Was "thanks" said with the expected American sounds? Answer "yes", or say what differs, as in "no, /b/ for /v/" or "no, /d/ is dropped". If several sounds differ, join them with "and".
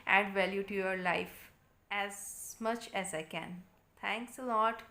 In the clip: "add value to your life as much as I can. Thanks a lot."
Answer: no, /t/ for /θ/